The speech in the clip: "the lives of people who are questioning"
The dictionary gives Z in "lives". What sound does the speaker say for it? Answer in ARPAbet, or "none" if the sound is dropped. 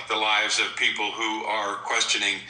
Z